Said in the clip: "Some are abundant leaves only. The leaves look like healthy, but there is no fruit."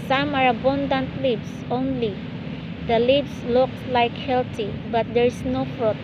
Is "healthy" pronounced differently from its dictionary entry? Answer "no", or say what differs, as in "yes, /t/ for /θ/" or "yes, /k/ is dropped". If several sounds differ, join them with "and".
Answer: yes, /t/ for /θ/